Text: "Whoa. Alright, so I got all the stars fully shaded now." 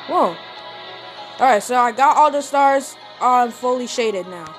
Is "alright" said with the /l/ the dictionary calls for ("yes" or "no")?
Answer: no